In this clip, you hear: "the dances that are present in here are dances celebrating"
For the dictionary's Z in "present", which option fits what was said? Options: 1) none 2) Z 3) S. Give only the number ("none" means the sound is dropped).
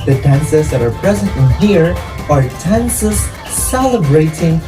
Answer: 2